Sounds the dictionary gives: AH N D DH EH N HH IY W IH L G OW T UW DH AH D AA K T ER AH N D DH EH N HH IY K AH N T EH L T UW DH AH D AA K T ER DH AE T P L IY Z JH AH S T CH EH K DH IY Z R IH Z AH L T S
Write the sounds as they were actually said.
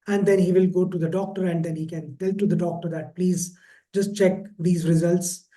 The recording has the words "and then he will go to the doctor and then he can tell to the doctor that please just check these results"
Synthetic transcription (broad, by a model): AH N D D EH N HH IY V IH L G OW T UW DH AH D AA K T ER AH N D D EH N HH IY K AH N T EH L T UW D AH D AA K T ER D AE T P L IY Z JH AH S T CH EH K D IY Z R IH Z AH L T S